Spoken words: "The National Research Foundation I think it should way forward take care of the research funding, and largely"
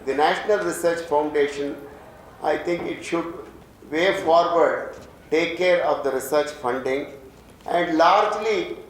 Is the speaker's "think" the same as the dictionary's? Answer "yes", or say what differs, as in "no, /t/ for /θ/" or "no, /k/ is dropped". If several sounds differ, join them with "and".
no, /t/ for /θ/